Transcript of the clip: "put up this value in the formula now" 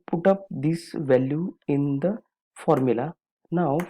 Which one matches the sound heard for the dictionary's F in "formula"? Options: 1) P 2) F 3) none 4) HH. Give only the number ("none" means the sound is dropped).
2